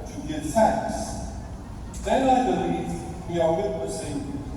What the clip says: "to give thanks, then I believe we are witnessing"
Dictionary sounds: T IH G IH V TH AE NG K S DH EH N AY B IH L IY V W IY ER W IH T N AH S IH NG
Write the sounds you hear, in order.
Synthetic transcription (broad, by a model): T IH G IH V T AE K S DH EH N AY B IH L IY V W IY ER W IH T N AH S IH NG